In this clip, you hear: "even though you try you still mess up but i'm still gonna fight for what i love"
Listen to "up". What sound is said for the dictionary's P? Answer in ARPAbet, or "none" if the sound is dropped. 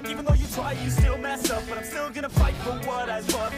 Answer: F